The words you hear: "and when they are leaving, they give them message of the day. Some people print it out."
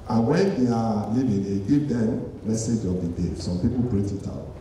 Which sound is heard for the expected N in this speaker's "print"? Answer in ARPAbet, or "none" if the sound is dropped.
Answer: none